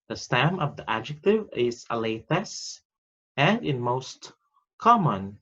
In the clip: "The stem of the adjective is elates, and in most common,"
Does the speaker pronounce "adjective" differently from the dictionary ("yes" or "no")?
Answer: no